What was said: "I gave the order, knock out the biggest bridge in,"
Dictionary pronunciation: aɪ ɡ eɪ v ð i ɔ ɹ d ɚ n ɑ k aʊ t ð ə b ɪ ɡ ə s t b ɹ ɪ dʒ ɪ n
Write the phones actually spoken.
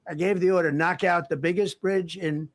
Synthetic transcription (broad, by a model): aɪ ɡ eɪ v ð i ɔ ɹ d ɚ n ɑ k aʊ t ð ə b ɪ ɡ ə s t b ɹ ɪ dʒ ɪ n